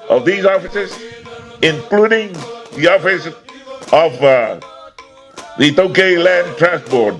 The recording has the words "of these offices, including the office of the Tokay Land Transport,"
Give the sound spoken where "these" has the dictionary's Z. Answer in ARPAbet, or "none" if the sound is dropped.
Z